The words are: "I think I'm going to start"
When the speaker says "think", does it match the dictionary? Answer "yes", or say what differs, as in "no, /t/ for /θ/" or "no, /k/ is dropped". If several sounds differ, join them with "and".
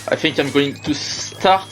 yes